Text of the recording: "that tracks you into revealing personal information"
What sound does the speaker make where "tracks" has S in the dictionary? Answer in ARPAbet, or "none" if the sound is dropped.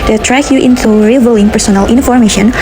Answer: none